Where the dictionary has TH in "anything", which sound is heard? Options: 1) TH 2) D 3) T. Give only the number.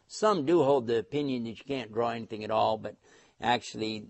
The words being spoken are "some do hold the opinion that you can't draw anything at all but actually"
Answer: 1